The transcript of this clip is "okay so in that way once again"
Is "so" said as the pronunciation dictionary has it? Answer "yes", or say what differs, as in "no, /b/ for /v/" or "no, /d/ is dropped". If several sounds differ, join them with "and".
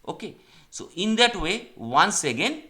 yes